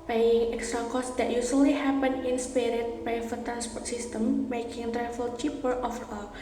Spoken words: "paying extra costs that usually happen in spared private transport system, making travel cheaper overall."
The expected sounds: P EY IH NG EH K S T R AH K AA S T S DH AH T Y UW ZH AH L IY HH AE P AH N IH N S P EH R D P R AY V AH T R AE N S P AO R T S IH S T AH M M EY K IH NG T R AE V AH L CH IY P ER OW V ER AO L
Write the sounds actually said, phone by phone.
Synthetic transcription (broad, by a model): P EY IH NG EH K S T R AH K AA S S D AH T Y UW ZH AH L IY HH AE P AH N IH N S P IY R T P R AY F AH T R AE N S P AO R T S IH S T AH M M EY K IH NG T R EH F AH L CH IY P ER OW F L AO